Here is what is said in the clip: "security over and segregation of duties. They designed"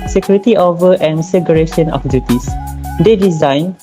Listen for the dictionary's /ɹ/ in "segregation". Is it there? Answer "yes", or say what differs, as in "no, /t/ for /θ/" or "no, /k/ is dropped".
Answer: no, /ɹ/ is dropped